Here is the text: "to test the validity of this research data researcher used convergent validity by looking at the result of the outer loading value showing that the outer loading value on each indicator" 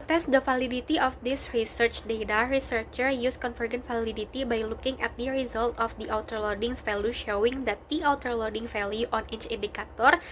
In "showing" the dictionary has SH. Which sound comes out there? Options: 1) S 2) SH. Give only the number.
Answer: 2